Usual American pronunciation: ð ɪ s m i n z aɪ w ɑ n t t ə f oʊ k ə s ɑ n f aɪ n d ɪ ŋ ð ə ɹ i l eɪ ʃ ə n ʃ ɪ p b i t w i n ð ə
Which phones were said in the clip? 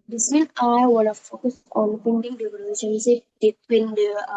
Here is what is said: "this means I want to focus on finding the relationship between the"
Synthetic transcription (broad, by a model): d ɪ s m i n aɪ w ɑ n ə f oʊ k ə s ɑ n p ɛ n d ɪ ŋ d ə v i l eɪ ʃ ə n s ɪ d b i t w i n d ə